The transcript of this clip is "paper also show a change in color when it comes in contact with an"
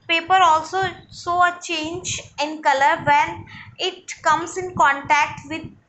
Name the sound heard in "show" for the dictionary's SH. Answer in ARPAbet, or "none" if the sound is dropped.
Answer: S